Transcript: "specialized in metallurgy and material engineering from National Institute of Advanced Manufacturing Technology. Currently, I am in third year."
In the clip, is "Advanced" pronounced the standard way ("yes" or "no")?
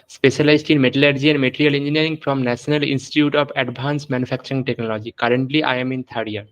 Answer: no